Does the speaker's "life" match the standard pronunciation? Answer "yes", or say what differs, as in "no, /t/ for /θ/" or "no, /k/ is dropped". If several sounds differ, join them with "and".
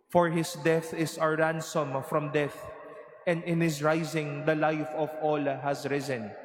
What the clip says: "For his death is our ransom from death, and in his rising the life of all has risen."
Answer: yes